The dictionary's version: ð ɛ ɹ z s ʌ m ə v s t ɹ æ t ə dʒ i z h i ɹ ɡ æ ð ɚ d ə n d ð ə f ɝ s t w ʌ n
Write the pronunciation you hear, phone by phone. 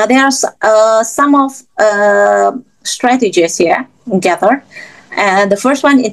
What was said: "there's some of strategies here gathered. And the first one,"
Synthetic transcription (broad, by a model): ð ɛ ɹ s s ʌ m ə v s t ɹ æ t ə dʒ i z h i ɹ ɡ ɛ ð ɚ ə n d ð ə f ɝ s t w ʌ n